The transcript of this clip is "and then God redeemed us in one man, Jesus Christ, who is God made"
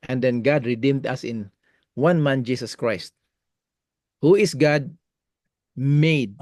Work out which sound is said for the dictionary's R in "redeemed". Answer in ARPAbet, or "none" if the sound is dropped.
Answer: R